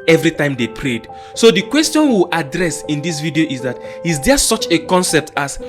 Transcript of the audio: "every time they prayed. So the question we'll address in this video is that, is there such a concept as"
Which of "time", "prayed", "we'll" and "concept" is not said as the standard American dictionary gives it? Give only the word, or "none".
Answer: we'll